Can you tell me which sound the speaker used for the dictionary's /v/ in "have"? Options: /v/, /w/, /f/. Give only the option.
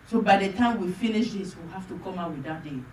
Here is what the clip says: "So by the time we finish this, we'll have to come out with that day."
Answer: /f/